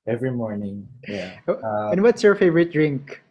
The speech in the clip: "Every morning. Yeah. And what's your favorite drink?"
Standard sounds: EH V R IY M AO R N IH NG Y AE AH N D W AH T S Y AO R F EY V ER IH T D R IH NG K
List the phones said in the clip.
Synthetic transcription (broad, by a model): EH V R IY M AO R N IH NG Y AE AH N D W AH T S Y AO R F EY V ER IH T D R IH NG K